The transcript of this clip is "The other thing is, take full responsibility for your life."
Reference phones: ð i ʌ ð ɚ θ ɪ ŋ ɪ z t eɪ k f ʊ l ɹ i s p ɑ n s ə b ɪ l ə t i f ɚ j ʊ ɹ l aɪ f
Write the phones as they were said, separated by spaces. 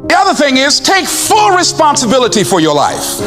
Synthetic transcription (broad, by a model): ð i ʌ ð ɚ θ ɪ ŋ ɪ z t eɪ k f ʊ l ɹ i s p ɑ n s ə b ɪ l ə t i f ɚ j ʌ ɹ l aɪ f